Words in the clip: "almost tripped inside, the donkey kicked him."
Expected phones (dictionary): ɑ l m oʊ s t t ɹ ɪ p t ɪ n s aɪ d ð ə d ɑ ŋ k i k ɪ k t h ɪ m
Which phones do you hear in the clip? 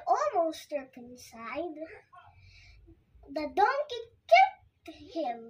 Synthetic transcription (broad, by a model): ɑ l m oʊ s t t ʌ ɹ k ɪ n s aɪ d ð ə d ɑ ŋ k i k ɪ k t h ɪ m